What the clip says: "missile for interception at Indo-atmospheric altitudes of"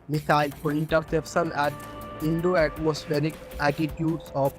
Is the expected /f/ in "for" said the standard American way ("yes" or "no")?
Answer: no